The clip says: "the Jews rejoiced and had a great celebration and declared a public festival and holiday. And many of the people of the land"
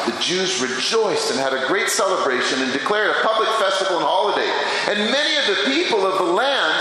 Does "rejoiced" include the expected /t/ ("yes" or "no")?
yes